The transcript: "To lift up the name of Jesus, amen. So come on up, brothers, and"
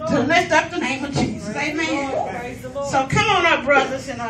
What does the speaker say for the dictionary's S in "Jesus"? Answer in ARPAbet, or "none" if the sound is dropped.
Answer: none